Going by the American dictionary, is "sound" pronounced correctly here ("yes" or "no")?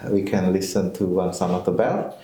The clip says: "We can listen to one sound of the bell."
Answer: no